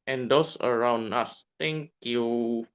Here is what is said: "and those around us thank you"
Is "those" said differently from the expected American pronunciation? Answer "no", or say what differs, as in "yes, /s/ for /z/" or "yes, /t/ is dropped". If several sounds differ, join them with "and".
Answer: yes, /s/ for /z/